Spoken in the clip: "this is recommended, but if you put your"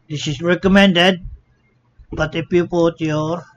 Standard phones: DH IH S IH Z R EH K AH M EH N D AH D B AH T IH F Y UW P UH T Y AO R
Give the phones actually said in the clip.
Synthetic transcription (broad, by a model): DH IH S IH S R EH K AH M EH N D AH D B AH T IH P Y UW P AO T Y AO R